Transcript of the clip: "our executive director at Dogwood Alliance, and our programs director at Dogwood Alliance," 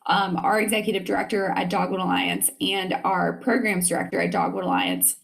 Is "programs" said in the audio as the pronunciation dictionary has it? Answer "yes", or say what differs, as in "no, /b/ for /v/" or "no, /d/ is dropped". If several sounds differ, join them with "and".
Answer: yes